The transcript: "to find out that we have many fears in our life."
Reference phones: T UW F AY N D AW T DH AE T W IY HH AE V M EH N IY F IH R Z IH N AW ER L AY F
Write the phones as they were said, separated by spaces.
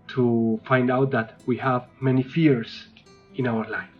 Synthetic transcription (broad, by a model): T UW F AY N D AW T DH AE T W IY HH AE V M EH N IY F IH R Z IH N AW ER L AY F